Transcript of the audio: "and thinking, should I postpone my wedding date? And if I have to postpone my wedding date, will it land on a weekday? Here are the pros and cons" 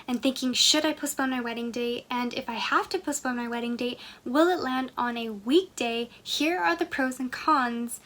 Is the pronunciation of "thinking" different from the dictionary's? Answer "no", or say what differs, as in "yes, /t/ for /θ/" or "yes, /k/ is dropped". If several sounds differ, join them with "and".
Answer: no